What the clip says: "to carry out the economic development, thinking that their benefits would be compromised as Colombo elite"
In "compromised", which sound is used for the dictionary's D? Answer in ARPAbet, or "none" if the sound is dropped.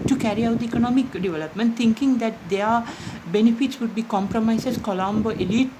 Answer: none